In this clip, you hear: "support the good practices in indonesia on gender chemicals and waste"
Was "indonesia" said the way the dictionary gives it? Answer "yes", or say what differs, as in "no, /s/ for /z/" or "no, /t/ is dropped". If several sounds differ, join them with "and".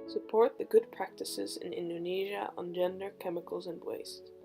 yes